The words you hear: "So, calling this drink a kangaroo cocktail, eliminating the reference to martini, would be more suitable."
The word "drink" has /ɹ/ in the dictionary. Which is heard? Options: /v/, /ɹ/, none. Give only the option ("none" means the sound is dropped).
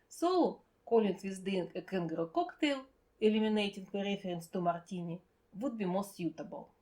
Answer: none